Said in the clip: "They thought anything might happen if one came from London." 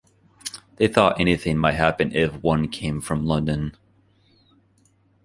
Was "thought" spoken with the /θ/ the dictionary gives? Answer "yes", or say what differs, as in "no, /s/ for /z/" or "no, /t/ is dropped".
yes